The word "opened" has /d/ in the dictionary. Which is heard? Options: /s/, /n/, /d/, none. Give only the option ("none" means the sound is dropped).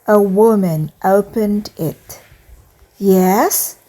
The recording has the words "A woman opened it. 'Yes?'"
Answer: /d/